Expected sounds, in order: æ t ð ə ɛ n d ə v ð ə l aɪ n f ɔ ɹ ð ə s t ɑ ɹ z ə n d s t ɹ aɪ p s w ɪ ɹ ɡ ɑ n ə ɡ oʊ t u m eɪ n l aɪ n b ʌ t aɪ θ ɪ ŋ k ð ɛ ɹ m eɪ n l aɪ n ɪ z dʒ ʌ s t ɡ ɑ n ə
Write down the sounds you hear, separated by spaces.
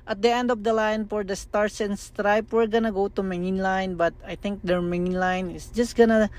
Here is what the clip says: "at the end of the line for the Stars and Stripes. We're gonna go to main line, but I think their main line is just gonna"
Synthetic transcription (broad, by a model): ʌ t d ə ɛ n d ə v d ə l aɪ n f ɔ ɹ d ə s t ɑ ɹ s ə n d s t ɹ aɪ p w ɪ ɹ ɡ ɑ n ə ɡ oʊ t u m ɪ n l aɪ n b ʌ t aɪ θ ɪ ŋ k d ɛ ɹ m eɪ n l aɪ n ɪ s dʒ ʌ s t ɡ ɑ n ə